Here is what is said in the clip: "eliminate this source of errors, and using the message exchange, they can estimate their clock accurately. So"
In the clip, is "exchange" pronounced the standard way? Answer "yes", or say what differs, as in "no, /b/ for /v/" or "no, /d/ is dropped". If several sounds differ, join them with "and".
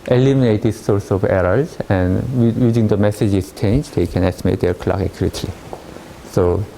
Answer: no, /k/ is dropped